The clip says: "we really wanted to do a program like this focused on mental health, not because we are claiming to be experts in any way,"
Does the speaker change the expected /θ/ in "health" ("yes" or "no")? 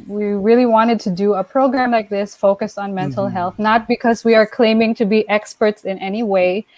no